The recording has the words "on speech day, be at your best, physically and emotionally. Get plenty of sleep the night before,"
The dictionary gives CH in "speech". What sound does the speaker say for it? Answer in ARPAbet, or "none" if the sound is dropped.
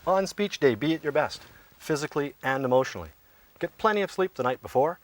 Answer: CH